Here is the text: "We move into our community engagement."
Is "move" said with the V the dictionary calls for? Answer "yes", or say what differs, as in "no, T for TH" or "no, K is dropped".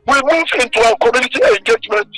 no, F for V